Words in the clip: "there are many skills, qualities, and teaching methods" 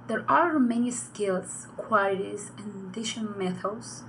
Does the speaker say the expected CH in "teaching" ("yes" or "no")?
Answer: no